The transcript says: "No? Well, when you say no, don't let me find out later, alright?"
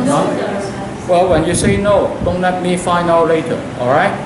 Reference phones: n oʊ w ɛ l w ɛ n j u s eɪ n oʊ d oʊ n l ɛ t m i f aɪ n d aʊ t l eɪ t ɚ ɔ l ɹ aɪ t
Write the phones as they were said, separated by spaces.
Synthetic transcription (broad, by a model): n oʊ w ɛ l w ɛ n j u s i n oʊ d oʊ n l ɛ t m i f aɪ n aʊ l l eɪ t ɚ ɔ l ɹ aɪ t